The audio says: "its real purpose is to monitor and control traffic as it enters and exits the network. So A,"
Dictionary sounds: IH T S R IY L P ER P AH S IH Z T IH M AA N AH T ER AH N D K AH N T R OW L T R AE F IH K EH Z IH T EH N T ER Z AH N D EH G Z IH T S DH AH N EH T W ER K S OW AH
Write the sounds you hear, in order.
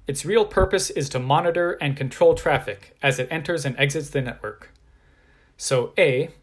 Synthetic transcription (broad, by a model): IH T S R IY L P ER P AH S IH Z T IH M AA N AH T ER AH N K AH N T R OW L T R AE F IH K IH Z IH T EH N T ER Z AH N EH G Z IH T S DH AH N EH T W ER K S OW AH